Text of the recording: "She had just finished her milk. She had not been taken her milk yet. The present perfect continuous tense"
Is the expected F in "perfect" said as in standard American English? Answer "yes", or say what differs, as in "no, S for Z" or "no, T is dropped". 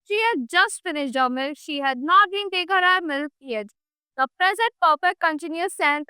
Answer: no, P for F